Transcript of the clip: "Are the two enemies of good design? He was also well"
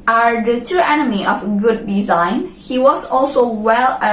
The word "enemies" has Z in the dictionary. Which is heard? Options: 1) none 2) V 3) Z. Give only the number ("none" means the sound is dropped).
1